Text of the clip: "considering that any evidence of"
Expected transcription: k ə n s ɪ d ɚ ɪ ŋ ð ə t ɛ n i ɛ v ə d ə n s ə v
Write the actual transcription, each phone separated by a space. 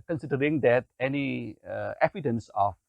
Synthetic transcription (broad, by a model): k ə n s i d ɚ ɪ ŋ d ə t ɛ n i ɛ p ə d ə n s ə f